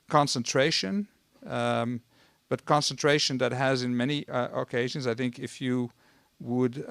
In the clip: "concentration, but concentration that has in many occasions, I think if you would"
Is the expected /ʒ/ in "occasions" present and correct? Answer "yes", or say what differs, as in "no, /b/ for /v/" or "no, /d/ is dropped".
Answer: yes